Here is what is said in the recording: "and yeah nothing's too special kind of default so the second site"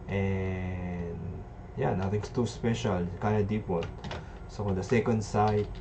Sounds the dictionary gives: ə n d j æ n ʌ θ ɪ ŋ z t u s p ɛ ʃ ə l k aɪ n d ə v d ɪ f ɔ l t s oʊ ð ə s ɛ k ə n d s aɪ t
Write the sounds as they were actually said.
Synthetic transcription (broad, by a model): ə n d j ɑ n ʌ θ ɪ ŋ s t u s p ɛ ʃ ə l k aɪ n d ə d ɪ p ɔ t s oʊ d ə s ɛ k ə n d s aɪ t